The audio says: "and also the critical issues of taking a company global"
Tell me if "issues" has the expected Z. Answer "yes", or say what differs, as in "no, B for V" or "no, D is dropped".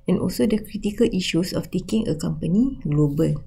no, S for Z